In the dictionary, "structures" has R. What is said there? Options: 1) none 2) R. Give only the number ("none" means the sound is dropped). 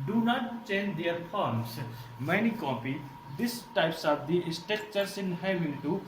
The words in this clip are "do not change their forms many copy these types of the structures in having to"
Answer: 1